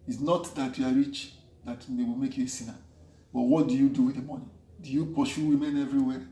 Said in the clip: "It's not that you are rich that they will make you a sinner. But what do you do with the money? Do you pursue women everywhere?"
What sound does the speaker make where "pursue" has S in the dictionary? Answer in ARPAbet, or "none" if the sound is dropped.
SH